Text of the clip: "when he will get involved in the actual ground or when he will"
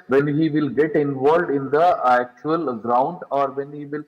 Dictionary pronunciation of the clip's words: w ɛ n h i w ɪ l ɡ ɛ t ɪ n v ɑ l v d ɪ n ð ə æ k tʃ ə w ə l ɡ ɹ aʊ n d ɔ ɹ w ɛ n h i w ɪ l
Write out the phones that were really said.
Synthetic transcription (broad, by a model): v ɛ n h i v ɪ l ɡ ɛ t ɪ n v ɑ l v d ɪ n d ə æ k tʃ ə ə l ɡ ɹ aʊ n d ɔ ɹ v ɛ n h i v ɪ l